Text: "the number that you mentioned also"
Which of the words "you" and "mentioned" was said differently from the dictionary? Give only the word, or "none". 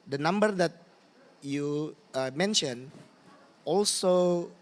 mentioned